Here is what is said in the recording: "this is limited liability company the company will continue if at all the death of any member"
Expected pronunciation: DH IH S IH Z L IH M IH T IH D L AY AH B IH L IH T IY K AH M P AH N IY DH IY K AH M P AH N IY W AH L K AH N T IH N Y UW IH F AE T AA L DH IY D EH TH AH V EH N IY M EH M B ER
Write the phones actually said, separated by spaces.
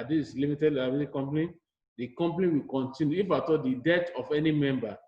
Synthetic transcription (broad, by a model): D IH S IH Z L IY M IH T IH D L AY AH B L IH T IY K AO M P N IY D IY K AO M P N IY W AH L K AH N T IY N Y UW IH F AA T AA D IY D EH T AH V EH N IY M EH M B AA